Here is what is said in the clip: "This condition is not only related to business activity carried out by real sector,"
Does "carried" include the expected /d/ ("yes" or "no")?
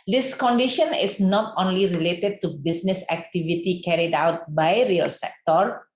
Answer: yes